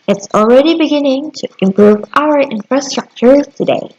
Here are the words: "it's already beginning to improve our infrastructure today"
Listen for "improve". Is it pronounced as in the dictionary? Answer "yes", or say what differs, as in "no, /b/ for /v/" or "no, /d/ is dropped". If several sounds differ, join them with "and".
yes